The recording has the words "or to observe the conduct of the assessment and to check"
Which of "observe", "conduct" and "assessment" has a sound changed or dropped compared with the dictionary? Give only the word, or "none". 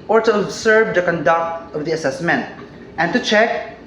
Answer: observe